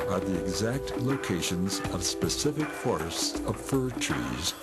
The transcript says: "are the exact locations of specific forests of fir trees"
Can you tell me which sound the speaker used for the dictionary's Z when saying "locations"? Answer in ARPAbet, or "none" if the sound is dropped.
Z